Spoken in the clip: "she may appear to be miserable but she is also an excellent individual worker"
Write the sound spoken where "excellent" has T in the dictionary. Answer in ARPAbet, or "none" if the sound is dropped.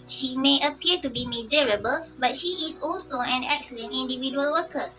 none